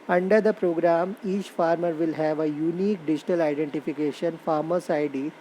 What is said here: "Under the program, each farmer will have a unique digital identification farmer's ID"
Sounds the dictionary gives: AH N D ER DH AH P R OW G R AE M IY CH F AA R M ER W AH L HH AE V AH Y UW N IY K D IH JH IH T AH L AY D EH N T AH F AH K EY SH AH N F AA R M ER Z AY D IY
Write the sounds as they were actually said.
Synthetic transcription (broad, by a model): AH N D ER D AH P R OW G R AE M IY CH F AA R M ER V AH L HH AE V AH Y UW N IY K D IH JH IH T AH L AY D EH N T AH F AH K EY SH AH N F AA R M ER S AY D IY